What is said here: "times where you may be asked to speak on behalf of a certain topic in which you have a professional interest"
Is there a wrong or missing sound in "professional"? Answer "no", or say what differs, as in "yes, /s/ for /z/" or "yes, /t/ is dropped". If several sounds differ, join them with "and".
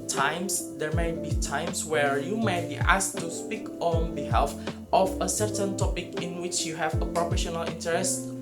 no